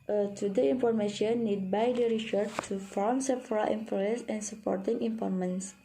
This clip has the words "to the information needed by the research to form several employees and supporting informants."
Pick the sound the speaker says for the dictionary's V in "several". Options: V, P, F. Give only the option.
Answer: F